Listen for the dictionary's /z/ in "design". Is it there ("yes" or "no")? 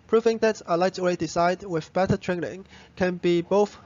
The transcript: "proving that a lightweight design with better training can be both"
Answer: no